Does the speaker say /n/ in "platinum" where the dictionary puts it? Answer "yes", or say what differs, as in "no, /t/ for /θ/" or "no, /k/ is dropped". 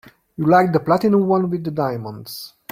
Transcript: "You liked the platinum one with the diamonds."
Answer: no, /n/ is dropped